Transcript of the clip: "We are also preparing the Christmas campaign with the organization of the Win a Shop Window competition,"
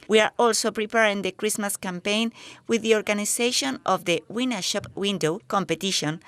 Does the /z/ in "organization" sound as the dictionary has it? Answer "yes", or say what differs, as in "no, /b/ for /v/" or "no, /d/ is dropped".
no, /s/ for /z/